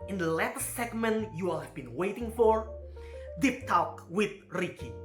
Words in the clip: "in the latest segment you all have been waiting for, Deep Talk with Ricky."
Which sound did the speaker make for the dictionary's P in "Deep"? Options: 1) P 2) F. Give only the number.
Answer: 1